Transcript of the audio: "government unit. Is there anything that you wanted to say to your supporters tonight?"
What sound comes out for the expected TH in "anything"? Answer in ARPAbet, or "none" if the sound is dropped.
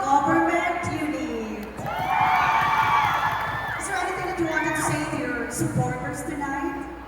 T